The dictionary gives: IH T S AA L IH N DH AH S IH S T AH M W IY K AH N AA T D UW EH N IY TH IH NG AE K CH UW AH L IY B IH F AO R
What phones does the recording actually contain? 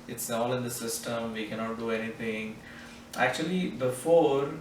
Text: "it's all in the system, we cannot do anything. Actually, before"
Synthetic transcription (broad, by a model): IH T S AA L IH N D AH S IH S T AH M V IY K AH N AA T D UW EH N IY T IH NG AE K CH UW AH L IY B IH F AO R